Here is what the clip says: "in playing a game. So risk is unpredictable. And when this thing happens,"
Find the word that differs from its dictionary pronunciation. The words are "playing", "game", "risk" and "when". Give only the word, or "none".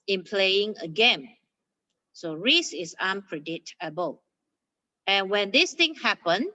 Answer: risk